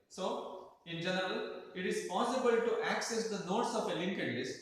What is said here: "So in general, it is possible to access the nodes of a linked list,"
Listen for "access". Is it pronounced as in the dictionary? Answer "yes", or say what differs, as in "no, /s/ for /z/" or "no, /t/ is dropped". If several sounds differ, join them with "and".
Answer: yes